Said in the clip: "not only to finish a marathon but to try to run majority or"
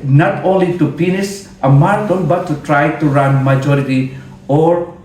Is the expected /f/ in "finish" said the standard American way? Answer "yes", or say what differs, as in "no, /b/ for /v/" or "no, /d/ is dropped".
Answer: no, /p/ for /f/